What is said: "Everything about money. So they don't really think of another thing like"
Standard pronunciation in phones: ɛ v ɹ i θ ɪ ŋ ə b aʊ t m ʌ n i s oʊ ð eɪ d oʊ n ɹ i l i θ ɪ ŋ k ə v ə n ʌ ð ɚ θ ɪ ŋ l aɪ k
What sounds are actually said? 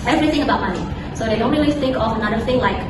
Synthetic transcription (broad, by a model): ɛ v ɹ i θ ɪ ŋ ə b aʊ t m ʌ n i s oʊ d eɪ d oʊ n ɹ i l i s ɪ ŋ k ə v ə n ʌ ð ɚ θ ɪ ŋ l aɪ k